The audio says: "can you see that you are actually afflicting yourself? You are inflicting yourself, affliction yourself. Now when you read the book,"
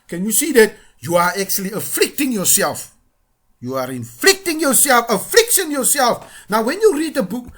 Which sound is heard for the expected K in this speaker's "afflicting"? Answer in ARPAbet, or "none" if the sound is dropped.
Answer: K